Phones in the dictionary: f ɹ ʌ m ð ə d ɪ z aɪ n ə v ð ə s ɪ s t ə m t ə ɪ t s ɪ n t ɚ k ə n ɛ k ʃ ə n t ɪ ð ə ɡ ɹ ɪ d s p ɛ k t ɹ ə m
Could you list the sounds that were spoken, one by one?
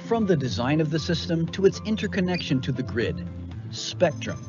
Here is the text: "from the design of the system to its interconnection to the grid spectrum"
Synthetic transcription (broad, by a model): f ɹ ʌ m ð ə d ɪ z aɪ n ə v ð ə s ɪ s t ə m t ə ɪ t s ɪ n t ɚ k ə n ɛ k ʃ ə n t ɪ ð ə ɡ ɹ ɪ d s p ɛ k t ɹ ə m